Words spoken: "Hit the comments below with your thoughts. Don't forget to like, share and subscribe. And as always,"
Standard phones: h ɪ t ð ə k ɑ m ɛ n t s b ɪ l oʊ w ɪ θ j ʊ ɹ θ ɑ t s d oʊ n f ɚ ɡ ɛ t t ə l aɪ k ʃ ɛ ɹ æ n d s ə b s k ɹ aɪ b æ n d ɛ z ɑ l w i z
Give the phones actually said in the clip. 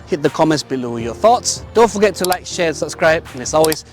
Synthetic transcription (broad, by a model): h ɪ t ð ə k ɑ m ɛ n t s b ɪ l oʊ j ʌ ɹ θ ɑ t s d oʊ n f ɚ ɡ ɛ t t ə l aɪ k ʃ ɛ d s ə b s k ɹ aɪ b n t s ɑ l w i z